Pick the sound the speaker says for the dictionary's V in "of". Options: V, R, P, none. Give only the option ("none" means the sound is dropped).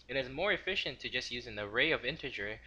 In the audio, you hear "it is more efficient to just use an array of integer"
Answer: V